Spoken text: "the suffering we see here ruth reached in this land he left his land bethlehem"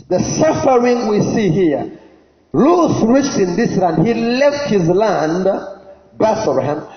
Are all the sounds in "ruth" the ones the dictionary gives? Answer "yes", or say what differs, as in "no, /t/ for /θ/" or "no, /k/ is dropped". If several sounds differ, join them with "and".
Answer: no, /l/ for /ɹ/